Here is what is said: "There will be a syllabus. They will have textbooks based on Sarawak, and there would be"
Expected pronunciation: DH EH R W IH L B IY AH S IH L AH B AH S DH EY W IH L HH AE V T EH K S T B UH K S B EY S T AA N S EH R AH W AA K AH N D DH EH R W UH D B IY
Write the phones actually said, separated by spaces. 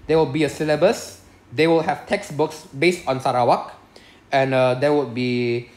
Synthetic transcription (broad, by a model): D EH W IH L B IY AH S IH L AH B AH S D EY W IH L HH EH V T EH K S B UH K S B EY S T AA N S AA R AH W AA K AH N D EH W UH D B IY